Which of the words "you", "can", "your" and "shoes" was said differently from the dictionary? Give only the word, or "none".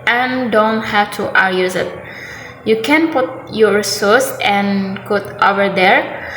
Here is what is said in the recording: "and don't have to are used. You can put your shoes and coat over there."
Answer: shoes